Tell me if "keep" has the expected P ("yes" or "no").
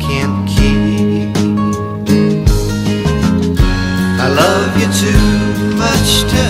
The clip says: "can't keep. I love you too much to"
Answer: no